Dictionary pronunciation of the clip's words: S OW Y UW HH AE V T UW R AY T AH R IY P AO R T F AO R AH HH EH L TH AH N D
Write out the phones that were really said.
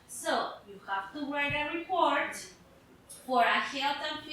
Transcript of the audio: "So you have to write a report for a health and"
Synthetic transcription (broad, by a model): S OW Y UW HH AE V T UW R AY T AH R IY P AO R T F AO R AH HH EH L T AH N